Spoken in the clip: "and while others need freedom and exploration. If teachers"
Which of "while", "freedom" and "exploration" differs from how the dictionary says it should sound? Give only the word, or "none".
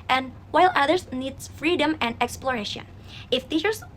none